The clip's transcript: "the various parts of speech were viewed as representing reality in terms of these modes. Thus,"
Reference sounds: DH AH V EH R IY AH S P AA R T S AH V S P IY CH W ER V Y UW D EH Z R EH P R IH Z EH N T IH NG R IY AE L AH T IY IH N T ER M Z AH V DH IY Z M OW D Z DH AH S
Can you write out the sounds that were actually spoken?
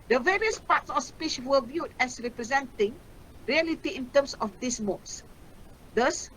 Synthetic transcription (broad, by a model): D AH V EH R IY AH S P AA T S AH F S P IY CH W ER V Y UW D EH S R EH P R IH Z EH N T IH NG R IY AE L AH T IY IH N T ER M S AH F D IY S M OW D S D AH S